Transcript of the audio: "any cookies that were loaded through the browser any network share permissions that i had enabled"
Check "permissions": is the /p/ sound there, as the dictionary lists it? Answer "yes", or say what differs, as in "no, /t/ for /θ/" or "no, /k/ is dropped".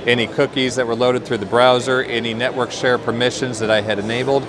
yes